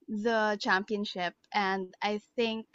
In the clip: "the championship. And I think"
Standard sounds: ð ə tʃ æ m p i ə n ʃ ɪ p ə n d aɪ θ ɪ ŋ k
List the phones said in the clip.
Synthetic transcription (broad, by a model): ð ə tʃ æ m p i ə n ʃ ɪ p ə n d aɪ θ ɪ ŋ k